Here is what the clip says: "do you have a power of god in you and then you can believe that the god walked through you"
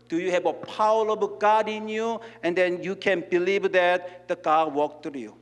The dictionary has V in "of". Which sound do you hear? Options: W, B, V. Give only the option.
B